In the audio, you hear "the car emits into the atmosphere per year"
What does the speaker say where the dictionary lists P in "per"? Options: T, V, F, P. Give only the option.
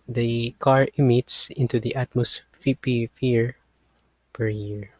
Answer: P